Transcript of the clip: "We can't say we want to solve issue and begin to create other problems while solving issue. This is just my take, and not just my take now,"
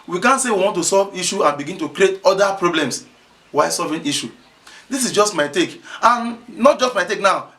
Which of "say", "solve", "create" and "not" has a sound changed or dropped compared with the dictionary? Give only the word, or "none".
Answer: none